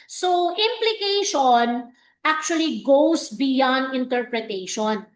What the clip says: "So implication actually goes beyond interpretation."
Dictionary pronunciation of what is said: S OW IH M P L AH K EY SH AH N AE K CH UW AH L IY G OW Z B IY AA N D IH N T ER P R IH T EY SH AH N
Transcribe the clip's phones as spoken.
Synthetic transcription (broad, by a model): S OW IH M P L AH K EY SH AH N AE K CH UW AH L IY G OW S B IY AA N D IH N T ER P R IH T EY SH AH N